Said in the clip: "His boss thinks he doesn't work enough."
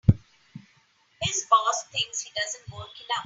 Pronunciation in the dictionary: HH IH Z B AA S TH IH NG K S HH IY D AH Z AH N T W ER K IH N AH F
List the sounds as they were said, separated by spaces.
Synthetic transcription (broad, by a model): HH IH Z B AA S T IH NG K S HH IY D AH Z AH N T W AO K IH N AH